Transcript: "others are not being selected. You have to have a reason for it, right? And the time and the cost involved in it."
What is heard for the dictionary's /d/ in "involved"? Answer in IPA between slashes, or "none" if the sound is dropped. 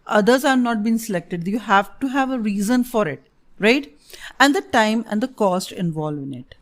none